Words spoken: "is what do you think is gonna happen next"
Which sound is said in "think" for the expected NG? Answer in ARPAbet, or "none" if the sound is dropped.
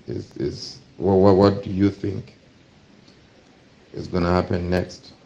NG